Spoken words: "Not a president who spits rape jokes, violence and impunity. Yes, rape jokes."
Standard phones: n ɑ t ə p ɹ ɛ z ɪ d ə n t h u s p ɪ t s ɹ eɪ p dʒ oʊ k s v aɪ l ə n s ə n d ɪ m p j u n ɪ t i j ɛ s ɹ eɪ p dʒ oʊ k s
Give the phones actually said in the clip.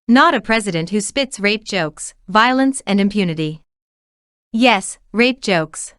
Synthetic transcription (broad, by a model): n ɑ t ə p ɹ ɛ z ɪ d ə n t h u s p ɪ t s ɹ eɪ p dʒ oʊ k s v aɪ l ə n s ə n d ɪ m p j u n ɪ t i j ɛ s ɹ eɪ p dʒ oʊ k s